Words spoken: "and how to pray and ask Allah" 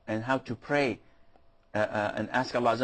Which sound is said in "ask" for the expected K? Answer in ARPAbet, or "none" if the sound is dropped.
K